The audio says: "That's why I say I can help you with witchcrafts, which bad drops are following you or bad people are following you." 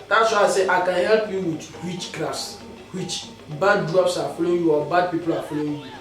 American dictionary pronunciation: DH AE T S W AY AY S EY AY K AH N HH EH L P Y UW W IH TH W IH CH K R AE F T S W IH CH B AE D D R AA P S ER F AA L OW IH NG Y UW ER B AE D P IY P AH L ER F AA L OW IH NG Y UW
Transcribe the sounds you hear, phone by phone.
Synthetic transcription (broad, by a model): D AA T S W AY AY S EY AY K AH N HH EH L P Y UW W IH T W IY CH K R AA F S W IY CH B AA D D R AA P S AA F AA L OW Y UW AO B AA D P IY P AH L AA F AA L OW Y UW